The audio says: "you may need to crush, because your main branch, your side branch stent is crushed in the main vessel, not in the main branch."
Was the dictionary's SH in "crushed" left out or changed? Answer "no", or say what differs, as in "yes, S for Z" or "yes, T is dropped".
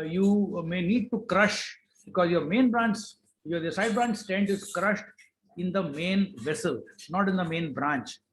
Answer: no